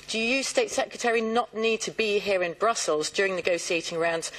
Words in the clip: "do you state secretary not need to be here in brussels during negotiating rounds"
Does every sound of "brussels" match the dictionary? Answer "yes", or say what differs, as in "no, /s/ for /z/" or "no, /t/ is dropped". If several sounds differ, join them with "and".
yes